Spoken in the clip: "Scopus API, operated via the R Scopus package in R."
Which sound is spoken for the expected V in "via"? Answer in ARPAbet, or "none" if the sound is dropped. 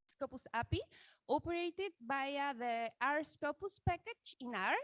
B